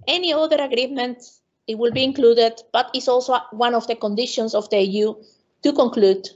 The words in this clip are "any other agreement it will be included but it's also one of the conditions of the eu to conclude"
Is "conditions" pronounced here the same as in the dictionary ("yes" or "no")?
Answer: no